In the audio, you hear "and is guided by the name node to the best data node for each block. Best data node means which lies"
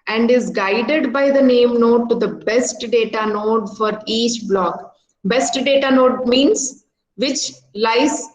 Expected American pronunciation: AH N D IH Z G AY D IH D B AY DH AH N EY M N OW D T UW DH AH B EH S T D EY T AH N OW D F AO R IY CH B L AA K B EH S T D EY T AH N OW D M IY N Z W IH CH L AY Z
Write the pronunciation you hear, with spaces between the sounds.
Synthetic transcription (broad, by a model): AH N D IH Z G AY D IH D B AY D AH N EY M N OW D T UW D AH B EH S T D EY T AH N OW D F AO R IY CH B L AA K B EH S T D EY T AH N OW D M IY N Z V IH CH L AY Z